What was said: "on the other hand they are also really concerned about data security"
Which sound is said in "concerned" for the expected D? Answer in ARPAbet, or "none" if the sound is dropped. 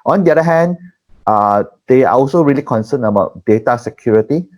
none